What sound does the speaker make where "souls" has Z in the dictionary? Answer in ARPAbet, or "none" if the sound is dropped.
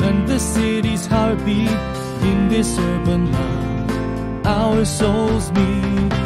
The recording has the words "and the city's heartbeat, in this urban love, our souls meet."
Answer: Z